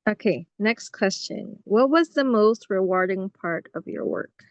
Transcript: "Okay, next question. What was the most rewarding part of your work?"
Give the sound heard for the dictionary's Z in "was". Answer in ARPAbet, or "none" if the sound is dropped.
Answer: Z